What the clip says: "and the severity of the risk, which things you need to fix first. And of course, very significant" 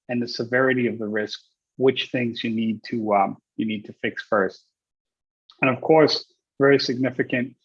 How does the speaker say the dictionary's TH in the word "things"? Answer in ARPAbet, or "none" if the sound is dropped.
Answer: TH